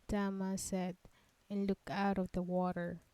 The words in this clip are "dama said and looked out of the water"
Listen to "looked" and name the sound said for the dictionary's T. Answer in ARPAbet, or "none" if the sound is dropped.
none